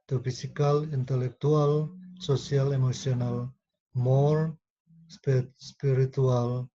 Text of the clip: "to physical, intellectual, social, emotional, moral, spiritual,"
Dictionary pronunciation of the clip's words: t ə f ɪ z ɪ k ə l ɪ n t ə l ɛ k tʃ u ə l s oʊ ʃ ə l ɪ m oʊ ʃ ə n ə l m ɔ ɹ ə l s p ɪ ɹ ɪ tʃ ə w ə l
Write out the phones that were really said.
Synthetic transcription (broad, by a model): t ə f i s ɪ k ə l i n t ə l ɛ k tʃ u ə l s oʊ s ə l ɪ m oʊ s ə n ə l m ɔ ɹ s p s p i ɹ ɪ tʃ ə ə l